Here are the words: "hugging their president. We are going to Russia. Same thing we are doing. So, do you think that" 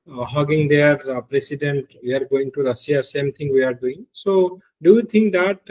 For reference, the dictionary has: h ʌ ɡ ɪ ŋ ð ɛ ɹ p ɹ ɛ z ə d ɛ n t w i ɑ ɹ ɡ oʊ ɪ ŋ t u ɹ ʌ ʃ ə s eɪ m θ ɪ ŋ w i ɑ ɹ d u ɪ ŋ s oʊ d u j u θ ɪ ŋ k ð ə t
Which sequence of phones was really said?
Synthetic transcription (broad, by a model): h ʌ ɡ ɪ ŋ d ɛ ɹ p ɹ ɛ s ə d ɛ n t w i ɑ ɹ ɡ oʊ ɪ ŋ t u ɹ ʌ s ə s eɪ m t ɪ ŋ w i ɑ ɹ d u ɪ ŋ s oʊ d u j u t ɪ ŋ k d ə t